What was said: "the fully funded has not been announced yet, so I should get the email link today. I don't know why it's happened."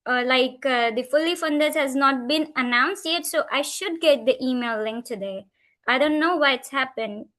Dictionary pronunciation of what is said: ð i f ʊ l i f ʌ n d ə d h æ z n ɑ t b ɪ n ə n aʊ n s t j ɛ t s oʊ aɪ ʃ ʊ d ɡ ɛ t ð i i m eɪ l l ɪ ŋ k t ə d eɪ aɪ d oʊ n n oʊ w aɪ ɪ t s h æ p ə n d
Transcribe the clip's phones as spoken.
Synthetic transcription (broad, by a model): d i f ʊ l i f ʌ n d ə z h æ z n ɑ t b ɪ n ə n aʊ n s t j ɛ t s oʊ aɪ ʃ ʊ d ɡ ɛ t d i i m eɪ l l ɪ ŋ k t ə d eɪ aɪ d oʊ n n oʊ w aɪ ɪ t s h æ p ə n d